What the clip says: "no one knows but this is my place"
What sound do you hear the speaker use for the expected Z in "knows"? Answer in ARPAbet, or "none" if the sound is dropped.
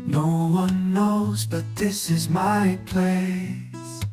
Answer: Z